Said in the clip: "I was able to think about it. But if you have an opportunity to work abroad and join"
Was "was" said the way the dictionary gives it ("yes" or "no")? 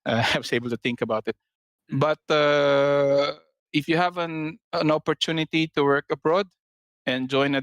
no